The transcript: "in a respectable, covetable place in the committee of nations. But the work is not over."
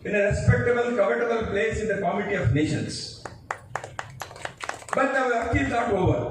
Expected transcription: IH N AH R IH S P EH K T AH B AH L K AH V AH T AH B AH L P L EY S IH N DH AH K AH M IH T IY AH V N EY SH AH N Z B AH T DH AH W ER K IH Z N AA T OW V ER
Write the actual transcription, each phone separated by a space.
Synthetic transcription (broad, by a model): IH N AH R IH S P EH K T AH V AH N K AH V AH T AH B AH L P L EY S IH N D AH K AH M IH T IY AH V N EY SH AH N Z B AH T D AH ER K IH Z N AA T OW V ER